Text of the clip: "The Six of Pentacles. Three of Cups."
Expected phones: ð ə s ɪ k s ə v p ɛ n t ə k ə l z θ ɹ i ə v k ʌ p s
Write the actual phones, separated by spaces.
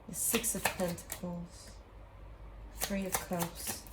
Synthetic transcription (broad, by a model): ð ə s ɪ k s ə v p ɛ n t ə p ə l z θ ɹ i ə v k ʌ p s